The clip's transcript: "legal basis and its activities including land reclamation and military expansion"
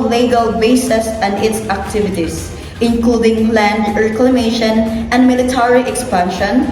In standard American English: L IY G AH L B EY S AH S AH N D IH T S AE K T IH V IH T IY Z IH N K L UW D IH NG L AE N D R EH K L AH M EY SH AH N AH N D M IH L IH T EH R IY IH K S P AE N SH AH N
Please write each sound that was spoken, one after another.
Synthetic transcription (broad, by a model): L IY G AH L B EY S AH S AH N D IH T S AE K T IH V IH T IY S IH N K L UW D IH NG L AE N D R EH K L AH M EY SH AH N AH N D M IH L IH T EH R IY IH K S P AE N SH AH N